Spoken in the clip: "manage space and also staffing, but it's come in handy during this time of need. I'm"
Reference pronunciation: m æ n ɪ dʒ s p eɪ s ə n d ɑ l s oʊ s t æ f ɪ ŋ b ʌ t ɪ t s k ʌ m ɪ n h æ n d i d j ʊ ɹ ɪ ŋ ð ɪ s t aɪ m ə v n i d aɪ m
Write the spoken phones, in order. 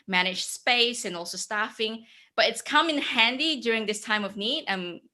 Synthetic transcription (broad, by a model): m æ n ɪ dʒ s p eɪ s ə n ɑ l s oʊ s t æ f ɪ ŋ b ʌ t ɪ t s k ʌ m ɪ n h æ n d i d j ʊ ɹ ɪ ŋ ð ɪ s t aɪ m ə v n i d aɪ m